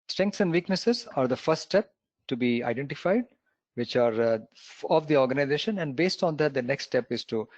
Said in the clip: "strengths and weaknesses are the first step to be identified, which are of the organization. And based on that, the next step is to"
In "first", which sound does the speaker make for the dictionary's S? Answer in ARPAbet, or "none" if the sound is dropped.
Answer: none